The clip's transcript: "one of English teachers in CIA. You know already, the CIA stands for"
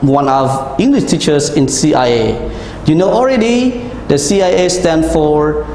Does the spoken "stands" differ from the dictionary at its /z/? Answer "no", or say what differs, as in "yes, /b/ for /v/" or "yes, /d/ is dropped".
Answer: yes, /z/ is dropped